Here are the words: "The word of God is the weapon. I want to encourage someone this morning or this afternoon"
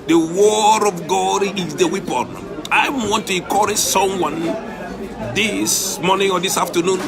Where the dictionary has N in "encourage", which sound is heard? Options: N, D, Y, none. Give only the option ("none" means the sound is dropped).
none